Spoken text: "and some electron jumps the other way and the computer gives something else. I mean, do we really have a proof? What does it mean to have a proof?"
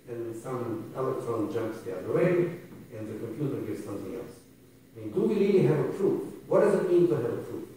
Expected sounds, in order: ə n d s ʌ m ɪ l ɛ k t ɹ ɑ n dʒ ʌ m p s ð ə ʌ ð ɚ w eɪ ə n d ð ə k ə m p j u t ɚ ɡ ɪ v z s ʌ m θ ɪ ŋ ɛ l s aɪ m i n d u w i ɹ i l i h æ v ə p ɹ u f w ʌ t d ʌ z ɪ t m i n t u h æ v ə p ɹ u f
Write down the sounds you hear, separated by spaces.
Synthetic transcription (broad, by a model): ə n s ʌ m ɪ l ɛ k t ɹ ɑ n dʒ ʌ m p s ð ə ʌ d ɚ w eɪ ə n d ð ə k ə m p j u t ɚ ɡ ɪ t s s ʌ m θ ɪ ŋ ɛ l s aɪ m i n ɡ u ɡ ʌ l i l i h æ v ə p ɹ u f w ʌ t d ʌ z ɪ t m i n t u h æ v ə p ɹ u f